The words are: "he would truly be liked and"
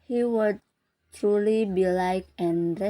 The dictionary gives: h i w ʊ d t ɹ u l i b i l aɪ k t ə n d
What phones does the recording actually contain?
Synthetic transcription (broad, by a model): h i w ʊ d t ɹ u l i b i l aɪ k ə n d